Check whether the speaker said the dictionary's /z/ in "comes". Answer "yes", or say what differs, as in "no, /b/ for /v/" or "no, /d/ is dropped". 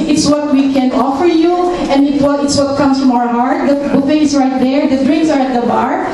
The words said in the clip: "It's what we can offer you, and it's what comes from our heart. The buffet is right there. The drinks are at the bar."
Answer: no, /s/ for /z/